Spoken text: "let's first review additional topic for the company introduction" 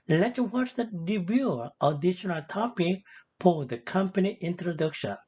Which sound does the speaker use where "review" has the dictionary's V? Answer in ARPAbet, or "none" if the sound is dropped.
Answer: B